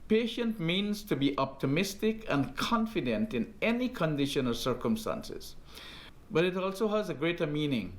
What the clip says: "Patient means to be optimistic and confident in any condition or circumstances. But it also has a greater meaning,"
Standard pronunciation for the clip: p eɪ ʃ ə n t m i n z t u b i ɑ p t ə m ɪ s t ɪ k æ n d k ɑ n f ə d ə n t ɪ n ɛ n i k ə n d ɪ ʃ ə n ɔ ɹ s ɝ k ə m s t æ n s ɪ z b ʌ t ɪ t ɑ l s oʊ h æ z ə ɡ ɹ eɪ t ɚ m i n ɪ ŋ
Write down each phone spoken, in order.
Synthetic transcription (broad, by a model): p eɪ ʃ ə n t m i n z t u b i ɑ p t ə m ɪ s t ɪ k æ n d k ɑ n f ə d ə n t ɪ n ɛ n i k ə n d ɪ ʃ ə n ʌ l s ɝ k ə m s t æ n s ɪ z b ʌ t ɪ t ɑ l s oʊ h æ z ə ɡ ɹ eɪ t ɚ m i n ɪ ŋ